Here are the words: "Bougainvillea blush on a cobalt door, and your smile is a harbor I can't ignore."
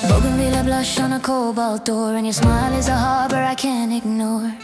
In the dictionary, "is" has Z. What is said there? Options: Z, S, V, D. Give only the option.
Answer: Z